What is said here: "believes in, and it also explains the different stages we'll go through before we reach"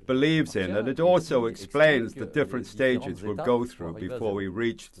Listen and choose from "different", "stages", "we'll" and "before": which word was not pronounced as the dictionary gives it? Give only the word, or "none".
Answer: none